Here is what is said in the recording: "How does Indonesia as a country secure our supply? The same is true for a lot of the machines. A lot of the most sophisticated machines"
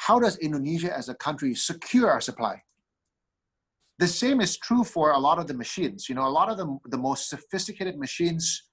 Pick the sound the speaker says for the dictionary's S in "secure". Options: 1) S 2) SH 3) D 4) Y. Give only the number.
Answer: 1